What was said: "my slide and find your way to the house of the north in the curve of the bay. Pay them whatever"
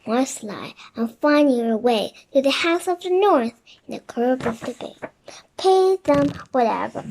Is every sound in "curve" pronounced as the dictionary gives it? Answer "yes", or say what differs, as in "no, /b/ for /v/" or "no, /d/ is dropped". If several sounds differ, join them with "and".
no, /b/ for /v/